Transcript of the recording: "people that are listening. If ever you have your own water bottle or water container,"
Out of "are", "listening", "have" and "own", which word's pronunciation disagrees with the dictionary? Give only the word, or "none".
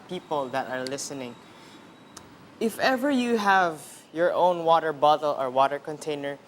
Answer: none